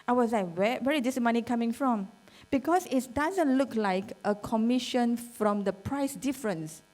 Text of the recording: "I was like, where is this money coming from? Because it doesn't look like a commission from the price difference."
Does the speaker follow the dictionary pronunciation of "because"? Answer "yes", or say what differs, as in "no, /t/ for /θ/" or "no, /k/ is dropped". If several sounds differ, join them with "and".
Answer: no, /s/ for /z/